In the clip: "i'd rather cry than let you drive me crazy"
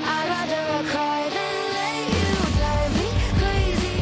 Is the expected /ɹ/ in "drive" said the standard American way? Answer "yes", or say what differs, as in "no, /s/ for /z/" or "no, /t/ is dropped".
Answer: no, /ɹ/ is dropped